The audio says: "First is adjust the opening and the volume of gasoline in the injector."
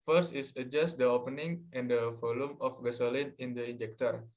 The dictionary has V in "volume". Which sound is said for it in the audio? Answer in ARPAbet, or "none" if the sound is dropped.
F